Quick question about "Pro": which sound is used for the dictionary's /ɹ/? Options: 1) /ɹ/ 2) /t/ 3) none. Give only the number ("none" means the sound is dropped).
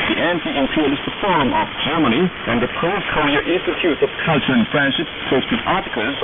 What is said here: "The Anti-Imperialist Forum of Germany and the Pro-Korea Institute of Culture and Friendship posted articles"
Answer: 3